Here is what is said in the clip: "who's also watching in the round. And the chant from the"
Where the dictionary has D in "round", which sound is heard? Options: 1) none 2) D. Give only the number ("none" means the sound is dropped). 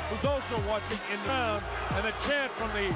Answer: 1